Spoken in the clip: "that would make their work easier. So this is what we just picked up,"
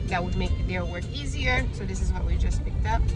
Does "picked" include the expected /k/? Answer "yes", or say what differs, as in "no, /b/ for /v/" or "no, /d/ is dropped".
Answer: yes